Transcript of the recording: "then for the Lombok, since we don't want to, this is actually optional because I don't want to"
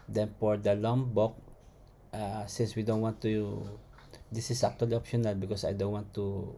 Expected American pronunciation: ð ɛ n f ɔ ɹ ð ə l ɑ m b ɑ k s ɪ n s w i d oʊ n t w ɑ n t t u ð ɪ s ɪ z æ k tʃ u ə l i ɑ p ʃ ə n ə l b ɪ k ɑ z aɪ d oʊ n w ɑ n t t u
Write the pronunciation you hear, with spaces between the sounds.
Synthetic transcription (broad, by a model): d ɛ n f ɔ ɹ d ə l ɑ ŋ b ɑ k s ɪ n s w i d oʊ n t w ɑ n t t u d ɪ s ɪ s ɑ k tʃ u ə l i ɑ p ʃ ə n ə l b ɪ k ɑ s aɪ d oʊ n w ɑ n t t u